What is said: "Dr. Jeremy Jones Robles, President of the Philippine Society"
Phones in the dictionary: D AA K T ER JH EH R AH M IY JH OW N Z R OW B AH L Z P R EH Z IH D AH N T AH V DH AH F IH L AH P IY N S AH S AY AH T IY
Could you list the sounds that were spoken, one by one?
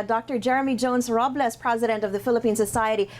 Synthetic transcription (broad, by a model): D AA K T ER JH EH R AH M IY JH OW N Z R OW B L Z P R EH Z IH D AH N T AH V DH AH F IH L AH P IY N S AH S AY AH T IY